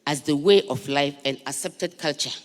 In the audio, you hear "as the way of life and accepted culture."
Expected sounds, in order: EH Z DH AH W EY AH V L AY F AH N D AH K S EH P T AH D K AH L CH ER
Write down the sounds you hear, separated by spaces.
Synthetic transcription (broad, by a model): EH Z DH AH W EY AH F L AY F AH N D AH K S EH P T AH D K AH L CH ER